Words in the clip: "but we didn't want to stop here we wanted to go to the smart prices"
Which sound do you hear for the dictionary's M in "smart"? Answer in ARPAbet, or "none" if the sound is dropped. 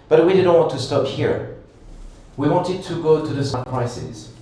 none